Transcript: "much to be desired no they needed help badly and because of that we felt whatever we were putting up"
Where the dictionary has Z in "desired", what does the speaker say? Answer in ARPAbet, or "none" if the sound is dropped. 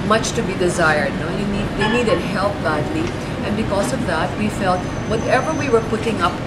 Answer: Z